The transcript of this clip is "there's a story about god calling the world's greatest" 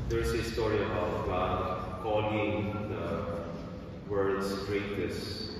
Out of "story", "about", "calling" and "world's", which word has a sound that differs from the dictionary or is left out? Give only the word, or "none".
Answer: world's